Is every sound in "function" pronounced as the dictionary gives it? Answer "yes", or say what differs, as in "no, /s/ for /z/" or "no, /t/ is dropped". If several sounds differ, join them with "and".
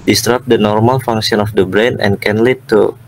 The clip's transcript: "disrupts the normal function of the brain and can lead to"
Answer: no, /s/ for /ʃ/